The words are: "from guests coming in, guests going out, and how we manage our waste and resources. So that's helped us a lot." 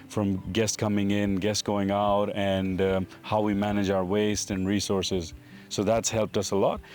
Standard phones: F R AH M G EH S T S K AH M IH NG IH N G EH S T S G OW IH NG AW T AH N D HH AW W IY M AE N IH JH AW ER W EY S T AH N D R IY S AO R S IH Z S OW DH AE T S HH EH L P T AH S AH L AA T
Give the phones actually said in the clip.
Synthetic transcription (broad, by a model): F R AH M G EH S S K AH M IH NG IH N G EH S S G OW IH NG AW T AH N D HH AW W IY M AE N IH JH AW ER W EY S T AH N R IY S AO R S IH Z S OW DH AE T S HH EH L P T AH S AH L AA T